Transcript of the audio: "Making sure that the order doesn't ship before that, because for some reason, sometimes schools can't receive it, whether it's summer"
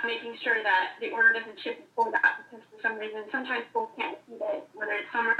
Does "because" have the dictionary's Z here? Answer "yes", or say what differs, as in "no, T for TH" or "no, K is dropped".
no, S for Z